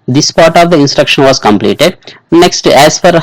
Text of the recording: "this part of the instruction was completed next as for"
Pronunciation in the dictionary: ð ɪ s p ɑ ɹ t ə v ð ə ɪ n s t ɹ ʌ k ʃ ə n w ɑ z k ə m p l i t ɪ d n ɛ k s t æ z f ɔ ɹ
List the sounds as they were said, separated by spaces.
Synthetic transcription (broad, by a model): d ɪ s p ɑ ɹ t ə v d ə ɪ n s t ɹ ʌ k ʃ ə n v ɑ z k ə m p l i t ɪ d n ɛ k s t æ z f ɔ ɹ